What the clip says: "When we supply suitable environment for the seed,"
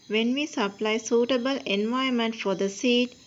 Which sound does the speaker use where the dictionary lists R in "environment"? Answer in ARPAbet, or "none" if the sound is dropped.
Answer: none